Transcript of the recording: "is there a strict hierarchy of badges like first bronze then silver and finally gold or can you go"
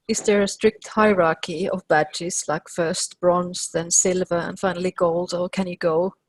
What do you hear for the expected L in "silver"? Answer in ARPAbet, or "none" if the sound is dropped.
L